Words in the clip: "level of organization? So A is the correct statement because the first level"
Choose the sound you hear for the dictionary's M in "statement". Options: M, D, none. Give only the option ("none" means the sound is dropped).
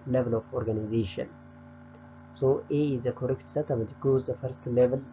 none